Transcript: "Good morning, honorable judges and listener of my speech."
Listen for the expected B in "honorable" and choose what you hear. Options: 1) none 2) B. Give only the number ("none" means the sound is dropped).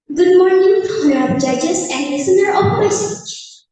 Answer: 1